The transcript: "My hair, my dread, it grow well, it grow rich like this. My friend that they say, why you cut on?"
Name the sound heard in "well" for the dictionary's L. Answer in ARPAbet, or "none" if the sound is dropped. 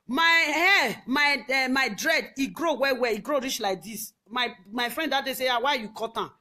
W